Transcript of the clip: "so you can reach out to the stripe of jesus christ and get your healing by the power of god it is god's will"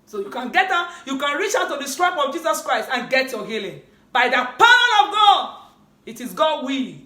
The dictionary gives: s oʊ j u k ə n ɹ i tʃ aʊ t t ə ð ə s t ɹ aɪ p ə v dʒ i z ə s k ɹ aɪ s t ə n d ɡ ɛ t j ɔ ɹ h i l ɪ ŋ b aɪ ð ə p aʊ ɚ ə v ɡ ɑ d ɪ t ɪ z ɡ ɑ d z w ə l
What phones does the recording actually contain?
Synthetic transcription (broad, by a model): s oʊ j u k ə n ɹ i tʃ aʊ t t ə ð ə s t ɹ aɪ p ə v dʒ i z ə s k ɹ aɪ s t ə n ɡ ɛ t j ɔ h i l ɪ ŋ b aɪ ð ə p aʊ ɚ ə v ɡ ɑ d ɪ t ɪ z ɡ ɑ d w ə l